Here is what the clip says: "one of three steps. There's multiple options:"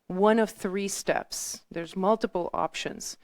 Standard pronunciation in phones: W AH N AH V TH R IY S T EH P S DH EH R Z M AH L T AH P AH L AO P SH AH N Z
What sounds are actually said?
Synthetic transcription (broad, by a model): W AH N AH V TH R IY S T EH P S DH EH R Z M AH L T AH P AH L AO P SH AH N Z